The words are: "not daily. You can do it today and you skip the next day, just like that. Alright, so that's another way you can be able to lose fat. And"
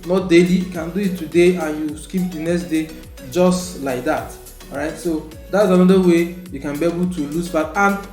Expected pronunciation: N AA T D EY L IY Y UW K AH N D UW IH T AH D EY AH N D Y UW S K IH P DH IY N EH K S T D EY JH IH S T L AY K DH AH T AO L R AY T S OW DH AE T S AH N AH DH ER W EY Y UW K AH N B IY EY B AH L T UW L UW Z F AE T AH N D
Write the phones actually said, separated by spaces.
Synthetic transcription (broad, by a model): N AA T D EY L IY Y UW K AH N D UW IH T AH D EY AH N Y UW S K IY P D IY N EH K S T D EY JH IH S T L AY K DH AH T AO R AY T S OW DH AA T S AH N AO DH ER W EY Y UW K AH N B IY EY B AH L T UW L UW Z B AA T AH N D